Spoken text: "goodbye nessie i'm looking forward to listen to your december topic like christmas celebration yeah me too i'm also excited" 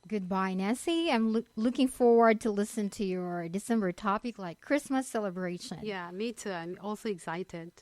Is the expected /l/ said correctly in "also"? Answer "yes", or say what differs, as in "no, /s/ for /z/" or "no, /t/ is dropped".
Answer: yes